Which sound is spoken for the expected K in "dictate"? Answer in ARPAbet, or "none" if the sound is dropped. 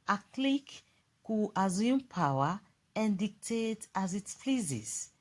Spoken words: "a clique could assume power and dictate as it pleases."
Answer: K